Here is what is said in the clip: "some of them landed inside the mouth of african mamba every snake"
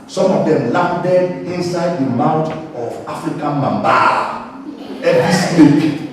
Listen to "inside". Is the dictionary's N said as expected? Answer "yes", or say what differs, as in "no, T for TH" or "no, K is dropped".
yes